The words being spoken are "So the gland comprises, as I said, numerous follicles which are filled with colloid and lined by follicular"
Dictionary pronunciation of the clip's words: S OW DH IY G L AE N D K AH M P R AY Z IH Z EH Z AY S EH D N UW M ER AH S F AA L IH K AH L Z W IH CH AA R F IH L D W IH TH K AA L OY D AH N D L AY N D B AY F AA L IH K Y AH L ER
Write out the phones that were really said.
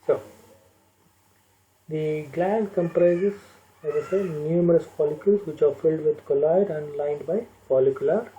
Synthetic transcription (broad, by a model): S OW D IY G L AE N D K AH M P R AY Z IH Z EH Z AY S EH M N UW M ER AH S P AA L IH K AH L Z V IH CH AA R F IH L D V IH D K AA L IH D AH N D L AY N D B AY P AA L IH K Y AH L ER